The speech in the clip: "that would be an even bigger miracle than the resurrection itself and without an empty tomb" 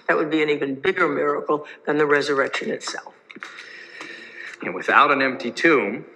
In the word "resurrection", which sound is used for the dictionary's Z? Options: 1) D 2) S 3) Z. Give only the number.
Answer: 3